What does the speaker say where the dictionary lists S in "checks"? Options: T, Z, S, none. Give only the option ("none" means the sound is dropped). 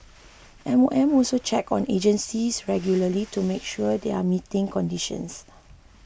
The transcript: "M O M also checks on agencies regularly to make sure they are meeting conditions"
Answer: none